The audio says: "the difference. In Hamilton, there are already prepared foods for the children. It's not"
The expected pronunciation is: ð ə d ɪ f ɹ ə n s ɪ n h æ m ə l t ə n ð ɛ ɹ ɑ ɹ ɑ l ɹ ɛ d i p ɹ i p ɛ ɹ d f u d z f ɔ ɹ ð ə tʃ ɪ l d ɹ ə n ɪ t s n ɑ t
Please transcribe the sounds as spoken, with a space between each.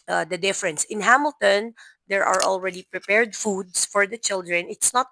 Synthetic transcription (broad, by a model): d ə d ɪ f ɹ ə n s ɪ n h æ m ə l t ə n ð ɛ ɹ ɑ ɹ ɑ l ɹ ɛ d i p ɹ i p ɛ ɹ d f u d s f ɔ ɹ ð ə tʃ ɪ l d ɹ ə n ɪ t s n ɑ t